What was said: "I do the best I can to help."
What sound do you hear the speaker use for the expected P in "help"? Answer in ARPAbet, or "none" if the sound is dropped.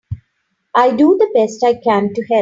none